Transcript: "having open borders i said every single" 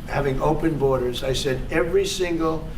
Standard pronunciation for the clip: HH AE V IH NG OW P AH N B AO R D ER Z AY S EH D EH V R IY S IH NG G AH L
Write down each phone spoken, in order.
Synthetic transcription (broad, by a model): HH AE V IH NG OW P AH N B AO R D ER Z AY S EH D EH V R IY S IH NG G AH L